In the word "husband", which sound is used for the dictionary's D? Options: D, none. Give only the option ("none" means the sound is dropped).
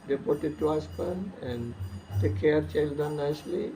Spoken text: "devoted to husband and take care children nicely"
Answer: none